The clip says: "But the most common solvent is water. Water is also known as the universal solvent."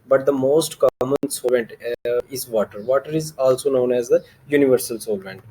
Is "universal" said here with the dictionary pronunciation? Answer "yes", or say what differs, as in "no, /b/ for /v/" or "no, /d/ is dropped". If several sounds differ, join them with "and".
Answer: yes